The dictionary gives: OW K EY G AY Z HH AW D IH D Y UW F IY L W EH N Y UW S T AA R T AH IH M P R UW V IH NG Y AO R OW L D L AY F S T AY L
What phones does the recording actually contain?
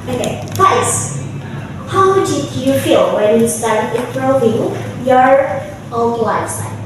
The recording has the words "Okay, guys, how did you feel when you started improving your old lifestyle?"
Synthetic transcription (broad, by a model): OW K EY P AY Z HH AW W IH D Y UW F IY L W EH N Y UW S T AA R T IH P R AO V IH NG Y AO R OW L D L AY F S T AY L